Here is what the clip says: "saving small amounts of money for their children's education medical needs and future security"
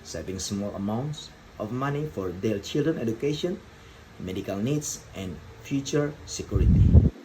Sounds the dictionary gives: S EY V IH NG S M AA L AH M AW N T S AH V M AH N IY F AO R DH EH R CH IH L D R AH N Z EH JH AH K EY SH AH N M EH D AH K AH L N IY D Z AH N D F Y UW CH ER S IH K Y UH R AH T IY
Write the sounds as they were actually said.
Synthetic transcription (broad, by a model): S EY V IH NG S M AA L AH M AW N T S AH F M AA N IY F AO R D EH L CH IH L D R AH N EH JH AH K EY SH AH N M EH D AH K AH L N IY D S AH N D F Y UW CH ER S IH K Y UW R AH T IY